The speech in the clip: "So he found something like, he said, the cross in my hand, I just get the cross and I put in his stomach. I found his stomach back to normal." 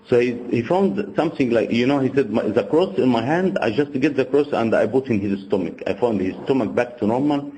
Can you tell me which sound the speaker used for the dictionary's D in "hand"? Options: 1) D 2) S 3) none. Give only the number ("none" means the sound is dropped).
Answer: 1